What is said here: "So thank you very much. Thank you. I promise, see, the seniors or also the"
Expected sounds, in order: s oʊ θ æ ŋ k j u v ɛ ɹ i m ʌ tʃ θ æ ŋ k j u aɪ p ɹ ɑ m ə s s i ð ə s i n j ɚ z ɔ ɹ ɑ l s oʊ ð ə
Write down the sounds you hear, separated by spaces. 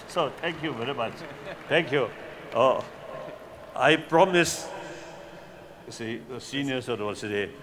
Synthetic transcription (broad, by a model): s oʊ t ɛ ŋ k j u v ɛ ɹ i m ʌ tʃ t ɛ ŋ k j u aɪ p ɹ ɑ m ə s s i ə s i n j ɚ s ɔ w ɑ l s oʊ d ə